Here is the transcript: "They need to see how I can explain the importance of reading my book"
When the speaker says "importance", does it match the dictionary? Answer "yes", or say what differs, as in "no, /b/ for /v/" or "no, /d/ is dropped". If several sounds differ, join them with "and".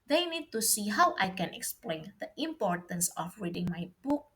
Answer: yes